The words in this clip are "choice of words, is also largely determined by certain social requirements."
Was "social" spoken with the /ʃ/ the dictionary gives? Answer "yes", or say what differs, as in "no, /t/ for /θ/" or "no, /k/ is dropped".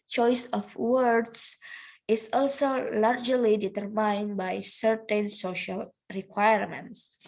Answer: yes